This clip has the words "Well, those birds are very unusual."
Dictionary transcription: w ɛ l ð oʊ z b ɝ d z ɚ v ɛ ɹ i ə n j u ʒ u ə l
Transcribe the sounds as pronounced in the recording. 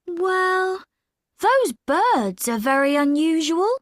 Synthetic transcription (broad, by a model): w ɛ l ð oʊ z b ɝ d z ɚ v ɛ ɹ i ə n j u ʒ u ə l